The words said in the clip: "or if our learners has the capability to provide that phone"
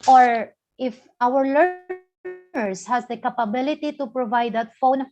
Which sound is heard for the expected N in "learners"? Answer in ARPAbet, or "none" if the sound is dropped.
none